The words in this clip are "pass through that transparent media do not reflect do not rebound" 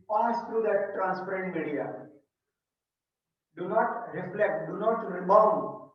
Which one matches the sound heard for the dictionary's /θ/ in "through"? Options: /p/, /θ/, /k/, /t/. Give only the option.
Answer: /t/